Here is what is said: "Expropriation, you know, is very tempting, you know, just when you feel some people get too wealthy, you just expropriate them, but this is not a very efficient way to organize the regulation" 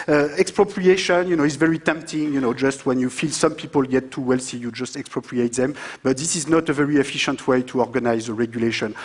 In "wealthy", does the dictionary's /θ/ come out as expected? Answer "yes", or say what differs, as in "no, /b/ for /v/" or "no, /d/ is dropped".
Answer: no, /s/ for /θ/